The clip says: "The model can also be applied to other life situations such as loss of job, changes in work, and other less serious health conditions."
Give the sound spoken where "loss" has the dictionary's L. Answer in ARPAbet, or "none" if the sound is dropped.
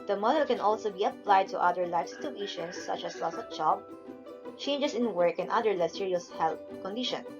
L